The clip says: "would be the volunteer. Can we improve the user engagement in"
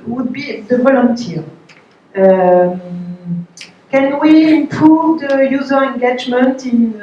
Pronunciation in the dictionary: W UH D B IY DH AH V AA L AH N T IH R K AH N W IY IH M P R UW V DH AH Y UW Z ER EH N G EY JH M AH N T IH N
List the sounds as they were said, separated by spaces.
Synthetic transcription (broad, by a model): W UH D B IY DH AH V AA L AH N T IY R K AH N W IY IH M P UW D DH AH Y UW Z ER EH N G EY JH M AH N T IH N